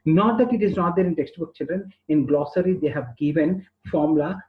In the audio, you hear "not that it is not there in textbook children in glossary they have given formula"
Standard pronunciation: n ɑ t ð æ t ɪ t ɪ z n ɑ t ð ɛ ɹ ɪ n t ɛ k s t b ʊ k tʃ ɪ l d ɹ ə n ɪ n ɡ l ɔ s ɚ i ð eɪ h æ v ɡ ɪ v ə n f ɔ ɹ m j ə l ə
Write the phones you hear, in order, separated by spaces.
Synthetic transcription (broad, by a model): n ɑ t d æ t ɪ t ɪ z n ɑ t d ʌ ɹ ɪ n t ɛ k s t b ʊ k tʃ ɪ l d ɹ ə n ɪ n ɡ l ɔ s ɚ i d eɪ h æ v ɡ ɪ v ə n f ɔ ɹ m l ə